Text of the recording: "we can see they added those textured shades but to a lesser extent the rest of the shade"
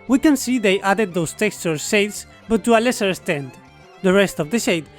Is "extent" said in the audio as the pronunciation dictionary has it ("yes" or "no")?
no